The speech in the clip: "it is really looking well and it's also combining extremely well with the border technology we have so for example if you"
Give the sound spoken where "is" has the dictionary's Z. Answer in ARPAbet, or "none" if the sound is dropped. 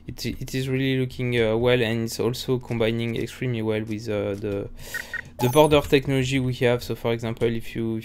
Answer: Z